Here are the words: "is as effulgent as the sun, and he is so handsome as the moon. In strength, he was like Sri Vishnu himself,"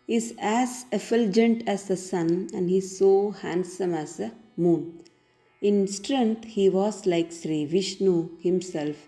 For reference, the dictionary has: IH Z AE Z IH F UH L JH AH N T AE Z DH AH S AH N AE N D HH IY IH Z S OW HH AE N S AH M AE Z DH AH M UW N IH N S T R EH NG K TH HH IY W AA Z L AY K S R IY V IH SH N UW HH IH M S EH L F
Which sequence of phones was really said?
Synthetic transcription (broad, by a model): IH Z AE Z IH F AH L JH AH N T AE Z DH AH S AH N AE N D HH IY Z S OW HH AE N S AH M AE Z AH M UW N IH N S T R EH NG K T HH IY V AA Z L AY K S R IY V IH SH N UW HH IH M S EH L F